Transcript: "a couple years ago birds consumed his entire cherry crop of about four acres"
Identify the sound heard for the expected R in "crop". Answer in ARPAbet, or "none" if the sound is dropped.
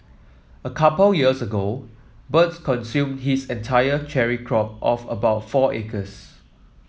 R